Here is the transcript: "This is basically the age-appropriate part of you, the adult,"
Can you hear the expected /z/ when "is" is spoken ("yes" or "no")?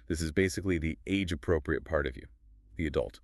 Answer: yes